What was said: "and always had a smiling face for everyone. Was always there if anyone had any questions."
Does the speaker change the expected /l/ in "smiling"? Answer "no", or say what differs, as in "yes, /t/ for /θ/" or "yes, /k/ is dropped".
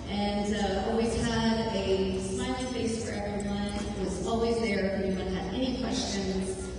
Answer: yes, /l/ is dropped